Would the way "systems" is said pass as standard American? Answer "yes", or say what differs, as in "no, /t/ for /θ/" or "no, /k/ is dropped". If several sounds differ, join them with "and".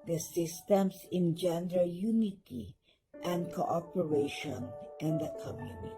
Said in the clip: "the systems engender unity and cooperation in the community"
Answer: no, /s/ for /z/